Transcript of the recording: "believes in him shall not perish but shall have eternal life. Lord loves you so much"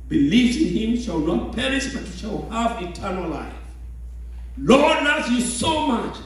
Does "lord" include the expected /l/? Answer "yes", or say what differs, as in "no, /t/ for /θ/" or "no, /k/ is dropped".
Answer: yes